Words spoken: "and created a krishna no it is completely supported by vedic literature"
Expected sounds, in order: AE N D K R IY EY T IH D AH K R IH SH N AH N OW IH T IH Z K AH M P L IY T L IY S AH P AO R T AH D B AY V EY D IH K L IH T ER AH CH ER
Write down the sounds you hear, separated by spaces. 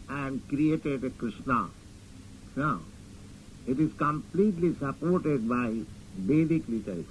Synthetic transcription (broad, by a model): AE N D K R IY EY T IH D AH K R IH SH N AH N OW IH T IH Z K AH M P L IY T L IY S AH P AO R T AH D B AY B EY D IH K L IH T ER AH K